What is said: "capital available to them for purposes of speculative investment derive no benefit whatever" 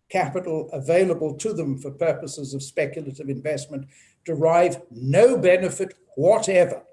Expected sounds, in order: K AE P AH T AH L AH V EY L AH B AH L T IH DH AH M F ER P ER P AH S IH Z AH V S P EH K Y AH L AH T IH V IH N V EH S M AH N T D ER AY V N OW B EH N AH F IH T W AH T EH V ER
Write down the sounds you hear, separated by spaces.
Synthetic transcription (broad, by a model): K AE P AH T L AH V EY L AH B AH L T IH DH AH M F ER P ER P AH S IH Z AH V S P EH K Y L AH T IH V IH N V EH S M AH N D ER AY V N OW B EH N AH F IH T W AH T EH V ER